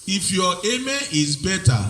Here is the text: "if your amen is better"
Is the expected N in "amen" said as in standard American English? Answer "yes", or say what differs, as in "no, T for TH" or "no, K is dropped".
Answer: no, N is dropped